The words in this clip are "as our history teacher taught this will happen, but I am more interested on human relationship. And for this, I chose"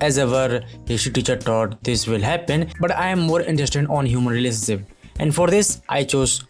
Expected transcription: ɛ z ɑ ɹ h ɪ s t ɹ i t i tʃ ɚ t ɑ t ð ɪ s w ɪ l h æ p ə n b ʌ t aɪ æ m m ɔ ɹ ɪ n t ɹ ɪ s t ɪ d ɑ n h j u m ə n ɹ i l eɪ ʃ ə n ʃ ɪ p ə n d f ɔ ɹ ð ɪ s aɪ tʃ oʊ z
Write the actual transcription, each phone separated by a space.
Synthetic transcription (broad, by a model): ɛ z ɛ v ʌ t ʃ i t i tʃ ɚ t ɑ t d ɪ s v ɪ l h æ p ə n b ʌ t aɪ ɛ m m ɔ ɹ ɪ n t ɹ ɪ s t ɪ d ɑ n h j u m ə n ɹ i l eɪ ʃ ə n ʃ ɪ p ə n d f ɔ ɹ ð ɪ s aɪ tʃ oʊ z